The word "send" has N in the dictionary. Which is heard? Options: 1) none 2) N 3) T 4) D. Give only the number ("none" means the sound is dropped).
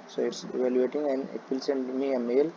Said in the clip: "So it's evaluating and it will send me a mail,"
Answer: 2